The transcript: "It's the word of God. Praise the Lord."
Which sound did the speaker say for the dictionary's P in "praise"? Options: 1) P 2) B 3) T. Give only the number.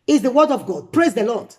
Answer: 1